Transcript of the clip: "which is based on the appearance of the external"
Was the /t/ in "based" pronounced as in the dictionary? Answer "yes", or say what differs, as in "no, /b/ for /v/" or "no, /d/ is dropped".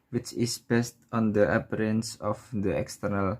yes